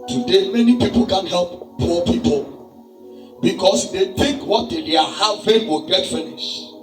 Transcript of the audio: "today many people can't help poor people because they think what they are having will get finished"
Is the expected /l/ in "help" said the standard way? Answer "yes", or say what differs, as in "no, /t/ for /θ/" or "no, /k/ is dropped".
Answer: yes